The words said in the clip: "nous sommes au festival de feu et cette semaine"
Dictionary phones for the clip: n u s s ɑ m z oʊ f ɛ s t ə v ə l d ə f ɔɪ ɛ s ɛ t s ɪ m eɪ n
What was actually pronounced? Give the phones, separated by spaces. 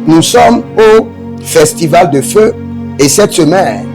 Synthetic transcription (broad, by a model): n u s s ɑ m oʊ f ɛ s t ə v ə l d ə f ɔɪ ɛ s ɛ t s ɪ m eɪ n